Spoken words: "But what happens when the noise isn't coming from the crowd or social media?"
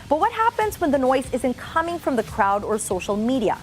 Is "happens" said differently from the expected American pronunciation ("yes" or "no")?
no